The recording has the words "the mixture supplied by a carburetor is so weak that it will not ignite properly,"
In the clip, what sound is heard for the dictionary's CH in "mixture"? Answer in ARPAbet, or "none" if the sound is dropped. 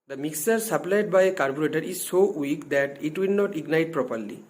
none